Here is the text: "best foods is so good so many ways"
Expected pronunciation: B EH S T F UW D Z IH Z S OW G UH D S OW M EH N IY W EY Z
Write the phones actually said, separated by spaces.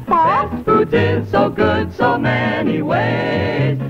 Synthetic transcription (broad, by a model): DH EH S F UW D IH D S OW G UH D S OW M EH N IY W EY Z